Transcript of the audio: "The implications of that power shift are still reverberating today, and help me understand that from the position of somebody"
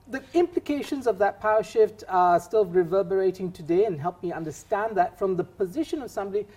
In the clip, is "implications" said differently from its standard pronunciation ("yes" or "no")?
no